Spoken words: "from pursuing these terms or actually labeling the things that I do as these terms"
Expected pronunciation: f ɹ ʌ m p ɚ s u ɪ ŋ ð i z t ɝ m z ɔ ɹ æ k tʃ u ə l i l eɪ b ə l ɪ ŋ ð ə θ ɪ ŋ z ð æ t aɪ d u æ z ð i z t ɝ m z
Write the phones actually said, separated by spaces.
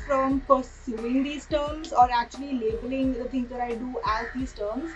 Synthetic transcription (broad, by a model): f ɹ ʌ m p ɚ s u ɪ ŋ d i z t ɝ m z ɔ ɹ æ k tʃ u ə l i l eɪ b ə l ɪ ŋ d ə t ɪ ŋ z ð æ t aɪ d u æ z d i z t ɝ m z